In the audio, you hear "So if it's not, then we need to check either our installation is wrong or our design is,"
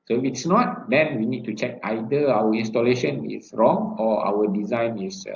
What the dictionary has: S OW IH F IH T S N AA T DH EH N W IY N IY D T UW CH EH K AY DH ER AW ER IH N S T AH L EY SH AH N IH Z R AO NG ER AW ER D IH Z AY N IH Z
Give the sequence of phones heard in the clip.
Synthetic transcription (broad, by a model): S OW IH F IH T S N AA T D EH N W IY N IY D T UW CH EH K AY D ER AW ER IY N S T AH L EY SH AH N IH S R AO NG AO AW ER D IH Z AY N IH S